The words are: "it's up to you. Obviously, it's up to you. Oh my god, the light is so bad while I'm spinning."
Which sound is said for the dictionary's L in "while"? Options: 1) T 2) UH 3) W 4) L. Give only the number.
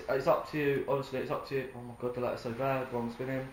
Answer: 3